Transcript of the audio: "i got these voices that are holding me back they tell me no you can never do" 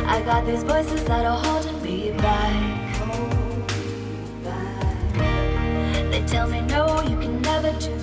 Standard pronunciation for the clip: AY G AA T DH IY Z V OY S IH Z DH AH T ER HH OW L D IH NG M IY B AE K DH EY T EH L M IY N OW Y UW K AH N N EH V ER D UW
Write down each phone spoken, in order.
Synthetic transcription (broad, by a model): AY G AA T DH IY Z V OY S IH Z DH AH T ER HH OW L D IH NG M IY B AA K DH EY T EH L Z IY N OW Y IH K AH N N EH V ER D